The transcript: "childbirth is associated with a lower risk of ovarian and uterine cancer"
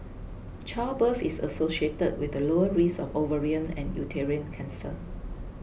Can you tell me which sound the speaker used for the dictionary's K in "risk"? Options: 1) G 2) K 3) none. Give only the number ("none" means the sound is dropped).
3